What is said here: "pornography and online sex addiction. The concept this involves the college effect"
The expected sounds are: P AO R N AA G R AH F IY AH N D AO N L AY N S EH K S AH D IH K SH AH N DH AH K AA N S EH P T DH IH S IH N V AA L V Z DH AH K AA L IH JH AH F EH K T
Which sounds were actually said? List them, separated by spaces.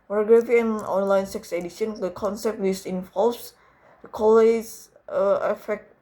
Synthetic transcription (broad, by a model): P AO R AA G R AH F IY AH N AO N L AY N S EH K S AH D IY SH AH N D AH K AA N S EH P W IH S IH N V AA L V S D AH K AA L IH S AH F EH K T